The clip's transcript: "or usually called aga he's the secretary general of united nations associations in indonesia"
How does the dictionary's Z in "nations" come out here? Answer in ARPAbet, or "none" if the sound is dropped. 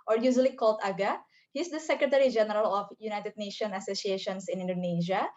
none